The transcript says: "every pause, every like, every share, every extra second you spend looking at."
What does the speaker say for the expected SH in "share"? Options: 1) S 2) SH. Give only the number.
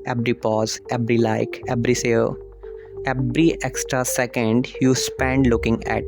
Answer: 1